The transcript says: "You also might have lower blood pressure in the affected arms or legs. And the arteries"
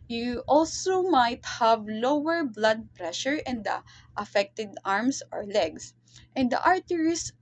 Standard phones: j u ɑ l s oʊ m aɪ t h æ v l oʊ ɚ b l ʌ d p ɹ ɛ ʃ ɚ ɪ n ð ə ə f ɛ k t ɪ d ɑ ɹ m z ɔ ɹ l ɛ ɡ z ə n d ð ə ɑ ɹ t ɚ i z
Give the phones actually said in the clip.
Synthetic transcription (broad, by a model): j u ɑ l s oʊ m aɪ t h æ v l oʊ ɚ b l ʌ d p ɹ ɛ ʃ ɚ ɪ n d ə ə f ɛ k t ɪ d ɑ ɹ m s ɔ ɹ l ɛ ɡ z ə n d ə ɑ ɹ t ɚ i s